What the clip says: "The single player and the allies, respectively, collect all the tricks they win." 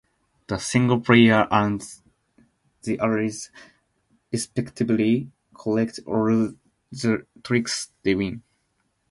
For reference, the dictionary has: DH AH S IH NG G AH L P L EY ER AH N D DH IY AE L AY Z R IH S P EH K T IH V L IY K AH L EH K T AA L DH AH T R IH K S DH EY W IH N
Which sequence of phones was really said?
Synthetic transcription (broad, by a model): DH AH S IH NG G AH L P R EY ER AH N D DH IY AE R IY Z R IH S P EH K T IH B L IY K AH L EH K T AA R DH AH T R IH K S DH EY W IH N